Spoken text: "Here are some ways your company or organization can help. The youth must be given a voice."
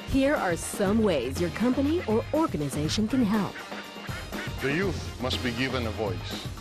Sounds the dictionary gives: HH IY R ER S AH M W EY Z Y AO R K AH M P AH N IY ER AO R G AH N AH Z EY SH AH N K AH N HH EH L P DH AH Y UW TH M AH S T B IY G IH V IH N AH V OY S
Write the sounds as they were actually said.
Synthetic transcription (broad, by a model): HH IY R ER S AH M W EY Z Y AO R K AH M P AH N IY ER AO R G AH N AH Z EY SH AH N K AH N HH EH L P DH AH Y UW TH M AH S T B IY G IH V IH N AH V OY S